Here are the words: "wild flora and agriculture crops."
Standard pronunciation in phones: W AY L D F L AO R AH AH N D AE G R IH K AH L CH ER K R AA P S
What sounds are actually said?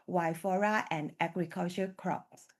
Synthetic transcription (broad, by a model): W AY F AO R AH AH N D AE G R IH K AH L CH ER K R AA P S